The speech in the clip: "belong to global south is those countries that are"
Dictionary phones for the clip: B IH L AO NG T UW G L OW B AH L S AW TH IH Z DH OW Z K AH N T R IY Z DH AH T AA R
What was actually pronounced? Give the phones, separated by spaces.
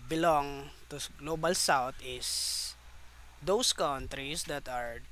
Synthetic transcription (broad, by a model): B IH L AO NG T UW G L OW B AH L S AW T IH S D OW S K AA N T R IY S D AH T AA R